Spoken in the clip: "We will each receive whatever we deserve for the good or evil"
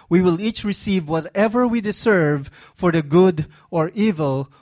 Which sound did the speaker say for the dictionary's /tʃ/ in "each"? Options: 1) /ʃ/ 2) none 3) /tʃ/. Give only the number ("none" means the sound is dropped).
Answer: 3